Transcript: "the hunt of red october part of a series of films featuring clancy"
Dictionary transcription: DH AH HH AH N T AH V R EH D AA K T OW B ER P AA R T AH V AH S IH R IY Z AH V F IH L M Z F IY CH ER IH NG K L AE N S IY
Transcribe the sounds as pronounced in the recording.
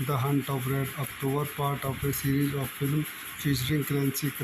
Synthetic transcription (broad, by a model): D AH HH AH N T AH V R EH D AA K T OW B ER P AA R T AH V AH S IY R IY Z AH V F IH L M F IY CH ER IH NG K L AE N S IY